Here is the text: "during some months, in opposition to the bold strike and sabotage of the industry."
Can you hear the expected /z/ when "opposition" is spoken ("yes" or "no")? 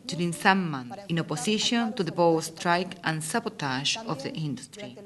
no